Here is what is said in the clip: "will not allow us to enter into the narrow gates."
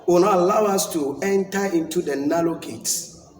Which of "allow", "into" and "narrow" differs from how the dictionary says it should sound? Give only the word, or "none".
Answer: narrow